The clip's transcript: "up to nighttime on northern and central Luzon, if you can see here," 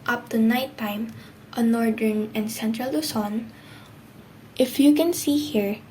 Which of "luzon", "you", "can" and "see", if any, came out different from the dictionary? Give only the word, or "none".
luzon